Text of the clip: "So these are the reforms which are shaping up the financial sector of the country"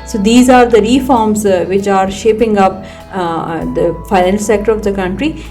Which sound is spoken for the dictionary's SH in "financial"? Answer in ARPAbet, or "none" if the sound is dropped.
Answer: none